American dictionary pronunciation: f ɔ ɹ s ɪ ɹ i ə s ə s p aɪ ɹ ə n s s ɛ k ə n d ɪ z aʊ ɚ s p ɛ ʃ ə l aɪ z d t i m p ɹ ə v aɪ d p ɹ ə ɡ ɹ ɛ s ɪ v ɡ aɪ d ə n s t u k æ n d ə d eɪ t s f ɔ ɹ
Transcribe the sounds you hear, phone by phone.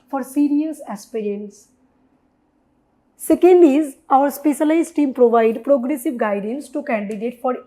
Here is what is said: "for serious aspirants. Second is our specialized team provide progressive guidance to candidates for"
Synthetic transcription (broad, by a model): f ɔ ɹ s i ɹ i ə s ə s p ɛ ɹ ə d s s ɛ k ə n d ɪ z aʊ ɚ s p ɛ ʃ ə l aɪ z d t i m p ɹ ə v aɪ d p ɹ ə ɡ ɹ ɛ s ɪ v ɡ aɪ d ə n s t u k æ n d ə d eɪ t f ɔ ɹ